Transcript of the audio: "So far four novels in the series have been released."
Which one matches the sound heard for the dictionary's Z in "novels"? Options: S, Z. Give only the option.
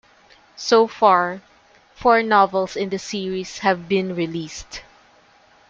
S